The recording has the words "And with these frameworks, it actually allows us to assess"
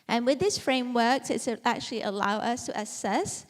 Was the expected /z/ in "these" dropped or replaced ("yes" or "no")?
yes